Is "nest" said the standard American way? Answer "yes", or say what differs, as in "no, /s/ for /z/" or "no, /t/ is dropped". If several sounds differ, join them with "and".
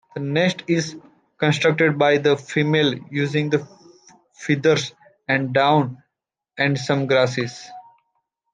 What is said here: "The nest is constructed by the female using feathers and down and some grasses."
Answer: yes